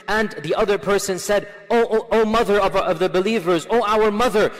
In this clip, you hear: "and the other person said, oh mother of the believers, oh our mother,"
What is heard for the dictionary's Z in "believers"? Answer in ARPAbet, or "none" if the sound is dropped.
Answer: Z